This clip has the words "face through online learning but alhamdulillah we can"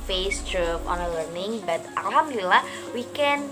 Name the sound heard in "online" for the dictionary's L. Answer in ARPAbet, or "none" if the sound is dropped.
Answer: none